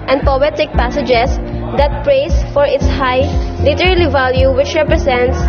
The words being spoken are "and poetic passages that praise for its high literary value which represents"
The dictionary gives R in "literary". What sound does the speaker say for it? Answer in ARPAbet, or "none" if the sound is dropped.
L